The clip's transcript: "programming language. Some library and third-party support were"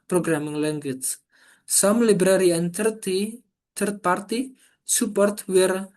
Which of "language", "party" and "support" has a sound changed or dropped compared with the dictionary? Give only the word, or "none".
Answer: language